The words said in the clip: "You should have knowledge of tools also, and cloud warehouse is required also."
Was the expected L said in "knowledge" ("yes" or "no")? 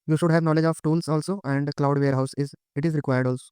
yes